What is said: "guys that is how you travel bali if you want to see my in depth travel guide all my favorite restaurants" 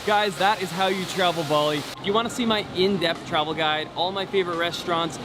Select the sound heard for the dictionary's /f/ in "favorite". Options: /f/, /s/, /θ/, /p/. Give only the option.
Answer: /f/